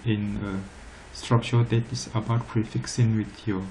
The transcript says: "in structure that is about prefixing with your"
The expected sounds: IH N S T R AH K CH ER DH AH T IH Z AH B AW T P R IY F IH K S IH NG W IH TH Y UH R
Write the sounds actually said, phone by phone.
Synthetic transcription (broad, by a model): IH N S T R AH K CH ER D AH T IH S AH B AW T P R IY F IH K S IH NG W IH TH Y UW